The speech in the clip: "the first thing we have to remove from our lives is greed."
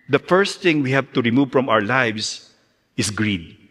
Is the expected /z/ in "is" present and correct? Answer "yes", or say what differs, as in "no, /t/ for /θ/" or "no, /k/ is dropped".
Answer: no, /s/ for /z/